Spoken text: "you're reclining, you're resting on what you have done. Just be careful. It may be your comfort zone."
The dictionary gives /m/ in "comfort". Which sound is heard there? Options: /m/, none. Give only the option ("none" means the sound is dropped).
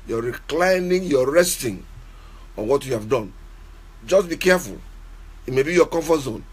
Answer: none